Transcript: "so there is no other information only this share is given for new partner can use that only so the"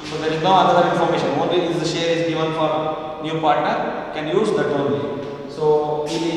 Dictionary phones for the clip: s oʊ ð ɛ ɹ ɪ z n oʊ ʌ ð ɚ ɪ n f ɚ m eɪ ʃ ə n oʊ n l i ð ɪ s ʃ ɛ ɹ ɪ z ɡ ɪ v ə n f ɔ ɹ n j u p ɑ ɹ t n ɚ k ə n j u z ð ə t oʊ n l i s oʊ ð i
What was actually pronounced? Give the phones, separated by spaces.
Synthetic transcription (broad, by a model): s oʊ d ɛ ɹ ɪ z n oʊ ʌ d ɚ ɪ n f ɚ m eɪ ʃ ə n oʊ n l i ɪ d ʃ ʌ ɹ ɪ z ɡ ɪ v ə n f ɔ ɹ n j u p ɑ ɹ t n ɚ k ə n j u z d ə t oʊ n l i s oʊ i